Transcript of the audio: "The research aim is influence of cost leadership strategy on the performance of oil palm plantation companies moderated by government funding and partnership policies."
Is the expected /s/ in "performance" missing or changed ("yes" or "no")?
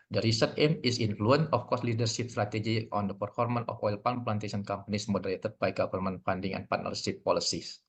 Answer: yes